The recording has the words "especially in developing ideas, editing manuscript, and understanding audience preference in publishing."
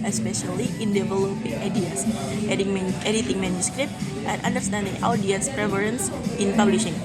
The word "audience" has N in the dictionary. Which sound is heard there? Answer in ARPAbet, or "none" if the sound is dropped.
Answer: none